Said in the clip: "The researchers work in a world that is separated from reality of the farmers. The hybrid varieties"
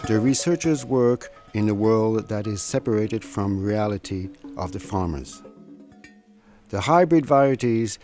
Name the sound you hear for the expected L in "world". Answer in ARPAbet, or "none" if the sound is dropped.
L